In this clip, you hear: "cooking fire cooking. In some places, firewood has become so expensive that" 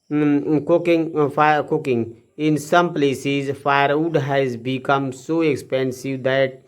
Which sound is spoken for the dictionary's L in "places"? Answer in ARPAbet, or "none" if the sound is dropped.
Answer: L